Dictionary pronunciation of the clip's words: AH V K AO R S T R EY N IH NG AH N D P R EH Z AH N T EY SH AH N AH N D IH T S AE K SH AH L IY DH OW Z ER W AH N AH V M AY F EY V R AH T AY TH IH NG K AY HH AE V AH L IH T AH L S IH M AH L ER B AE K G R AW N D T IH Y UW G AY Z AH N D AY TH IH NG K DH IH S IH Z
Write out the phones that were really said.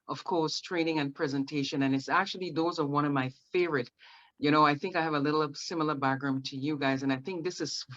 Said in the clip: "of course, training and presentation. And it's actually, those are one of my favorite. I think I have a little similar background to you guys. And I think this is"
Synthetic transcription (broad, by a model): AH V K AO R S T R EY N IH NG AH N P R EH Z AH N T EY SH AH N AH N IH T S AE K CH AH L IY DH OW Z ER W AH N AH V M AY F EY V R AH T AY TH IH NG K AY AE V AH L IH T L S IH M L ER B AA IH G R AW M T IH Y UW G AY Z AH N AY TH IH NG K DH IH S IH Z